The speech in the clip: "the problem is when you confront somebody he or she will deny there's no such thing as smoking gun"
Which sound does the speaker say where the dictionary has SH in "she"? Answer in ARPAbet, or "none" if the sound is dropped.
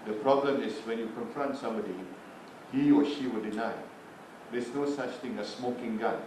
SH